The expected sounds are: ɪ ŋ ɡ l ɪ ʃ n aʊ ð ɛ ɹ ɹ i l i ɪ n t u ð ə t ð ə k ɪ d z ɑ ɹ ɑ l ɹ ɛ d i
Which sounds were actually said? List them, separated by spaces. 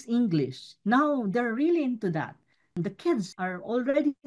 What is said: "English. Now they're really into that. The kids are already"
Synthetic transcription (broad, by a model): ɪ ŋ ɡ l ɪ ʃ n aʊ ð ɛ ɹ ɹ i l i ɪ n t u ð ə t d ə k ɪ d s ɑ ɹ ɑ l ɹ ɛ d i